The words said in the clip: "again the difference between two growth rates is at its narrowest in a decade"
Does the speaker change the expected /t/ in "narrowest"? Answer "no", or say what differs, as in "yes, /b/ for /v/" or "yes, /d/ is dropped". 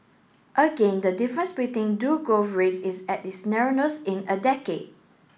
yes, /t/ is dropped